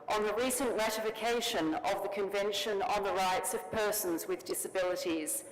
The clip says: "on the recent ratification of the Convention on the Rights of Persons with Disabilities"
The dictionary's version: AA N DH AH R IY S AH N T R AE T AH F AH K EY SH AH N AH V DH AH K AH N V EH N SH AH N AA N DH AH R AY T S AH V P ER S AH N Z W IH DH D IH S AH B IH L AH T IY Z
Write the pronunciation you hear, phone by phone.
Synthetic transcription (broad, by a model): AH N DH AH R IY S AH N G R AE T AH F AH K EY SH AH N AH V DH AH K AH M V EH N SH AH N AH N DH AH R AY T S AH V P ER S AH N Z W IH DH D IH S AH B IH L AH T IY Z